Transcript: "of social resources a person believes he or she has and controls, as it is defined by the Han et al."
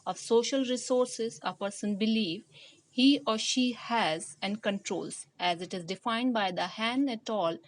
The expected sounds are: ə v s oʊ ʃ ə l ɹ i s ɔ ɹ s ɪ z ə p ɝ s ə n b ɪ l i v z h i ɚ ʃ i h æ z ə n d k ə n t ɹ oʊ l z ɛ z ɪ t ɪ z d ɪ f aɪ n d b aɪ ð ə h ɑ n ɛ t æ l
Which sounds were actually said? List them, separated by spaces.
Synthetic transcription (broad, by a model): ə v s oʊ ʃ ə l ɹ i s ɔ ɹ s ɪ z ə p ɝ s ə n b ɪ l i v h i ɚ ʃ i h æ z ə n k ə n t ɹ oʊ l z ɛ z ɪ t ɪ z d ɪ f aɪ n d b aɪ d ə h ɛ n ɛ t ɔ l